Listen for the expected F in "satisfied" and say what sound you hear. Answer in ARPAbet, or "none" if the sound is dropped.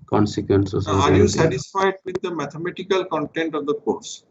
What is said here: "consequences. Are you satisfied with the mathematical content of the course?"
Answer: F